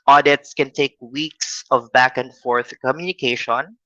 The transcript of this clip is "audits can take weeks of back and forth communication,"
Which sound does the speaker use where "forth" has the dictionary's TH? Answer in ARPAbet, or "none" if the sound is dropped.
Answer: TH